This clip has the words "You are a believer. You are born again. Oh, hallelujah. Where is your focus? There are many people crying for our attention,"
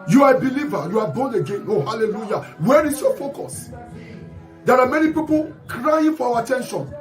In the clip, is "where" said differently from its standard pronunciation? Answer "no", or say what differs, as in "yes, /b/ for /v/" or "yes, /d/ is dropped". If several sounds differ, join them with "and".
no